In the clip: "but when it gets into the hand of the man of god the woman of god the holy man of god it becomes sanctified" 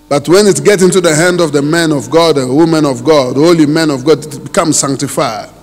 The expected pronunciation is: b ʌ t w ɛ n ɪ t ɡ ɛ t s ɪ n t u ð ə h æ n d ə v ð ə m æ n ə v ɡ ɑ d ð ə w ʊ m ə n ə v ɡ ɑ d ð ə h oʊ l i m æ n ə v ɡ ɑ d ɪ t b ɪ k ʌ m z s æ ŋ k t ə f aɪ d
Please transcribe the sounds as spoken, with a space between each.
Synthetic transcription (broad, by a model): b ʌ t w ɛ n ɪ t ɡ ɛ t ɪ n t u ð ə h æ n d ə v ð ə m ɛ n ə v ɡ ɑ d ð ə w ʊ m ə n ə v ɡ ɑ d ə h oʊ l i m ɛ n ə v ɡ ɑ d ɪ t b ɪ k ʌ m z s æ ŋ k t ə f aɪ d